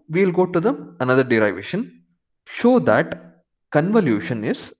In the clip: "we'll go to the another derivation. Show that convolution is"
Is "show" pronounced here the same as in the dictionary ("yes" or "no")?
yes